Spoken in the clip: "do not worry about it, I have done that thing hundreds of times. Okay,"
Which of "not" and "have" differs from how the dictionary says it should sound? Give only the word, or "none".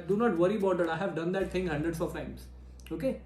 none